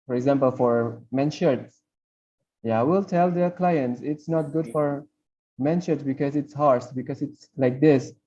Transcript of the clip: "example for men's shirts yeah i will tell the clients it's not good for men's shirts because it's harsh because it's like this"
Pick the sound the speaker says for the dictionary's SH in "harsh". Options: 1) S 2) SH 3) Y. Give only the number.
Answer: 1